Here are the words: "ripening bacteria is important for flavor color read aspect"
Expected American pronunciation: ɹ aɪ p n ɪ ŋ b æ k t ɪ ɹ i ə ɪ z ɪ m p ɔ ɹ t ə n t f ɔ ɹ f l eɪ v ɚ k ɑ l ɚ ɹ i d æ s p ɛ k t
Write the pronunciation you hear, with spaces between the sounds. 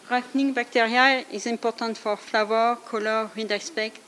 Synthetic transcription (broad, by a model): ɹ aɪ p n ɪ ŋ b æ k t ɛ ɹ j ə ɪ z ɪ p ɔ ɹ t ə t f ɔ ɹ f l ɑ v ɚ k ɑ l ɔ ɹ i d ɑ s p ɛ k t